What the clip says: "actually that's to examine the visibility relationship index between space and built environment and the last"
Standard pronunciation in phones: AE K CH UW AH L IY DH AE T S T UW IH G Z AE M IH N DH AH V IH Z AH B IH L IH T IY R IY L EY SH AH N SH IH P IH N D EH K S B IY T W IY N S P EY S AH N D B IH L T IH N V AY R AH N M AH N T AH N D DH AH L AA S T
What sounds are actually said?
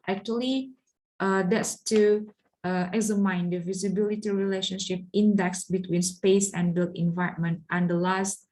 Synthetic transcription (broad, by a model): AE K CH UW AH L IY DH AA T S T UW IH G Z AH M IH N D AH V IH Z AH B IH L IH T IY R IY L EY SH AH N SH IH P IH N D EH K S B IY T W IY N S P EY S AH N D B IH L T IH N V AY AH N M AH N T AH N D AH L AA S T